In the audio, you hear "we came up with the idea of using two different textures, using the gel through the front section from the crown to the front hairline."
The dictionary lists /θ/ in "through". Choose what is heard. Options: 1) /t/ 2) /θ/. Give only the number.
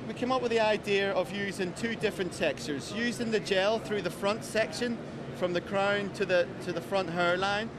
2